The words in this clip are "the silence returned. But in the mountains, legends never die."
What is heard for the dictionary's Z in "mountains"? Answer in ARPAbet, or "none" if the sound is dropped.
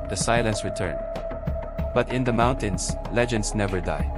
S